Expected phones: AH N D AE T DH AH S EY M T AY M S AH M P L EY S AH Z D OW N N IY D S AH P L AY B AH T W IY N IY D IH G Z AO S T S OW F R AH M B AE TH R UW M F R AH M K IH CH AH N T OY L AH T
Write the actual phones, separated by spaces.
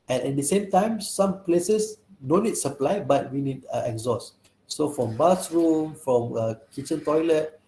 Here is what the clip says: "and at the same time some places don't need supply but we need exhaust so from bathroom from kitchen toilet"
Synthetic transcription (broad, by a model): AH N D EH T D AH S EY M T AY M S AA M P L EY S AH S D OW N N IY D S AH P L AY B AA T W IY N IY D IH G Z AO S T S OW F R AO M B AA S R UW M F R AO M K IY CH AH N T OY L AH T